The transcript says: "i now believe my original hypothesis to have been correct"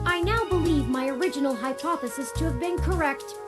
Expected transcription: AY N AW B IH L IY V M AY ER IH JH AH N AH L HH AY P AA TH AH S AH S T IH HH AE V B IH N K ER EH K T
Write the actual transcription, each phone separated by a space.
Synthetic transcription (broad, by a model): AY N AW B IH L IY V M AY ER IH JH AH N L HH AY P AA TH AH S AH S T IH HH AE V B IH N K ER EH K T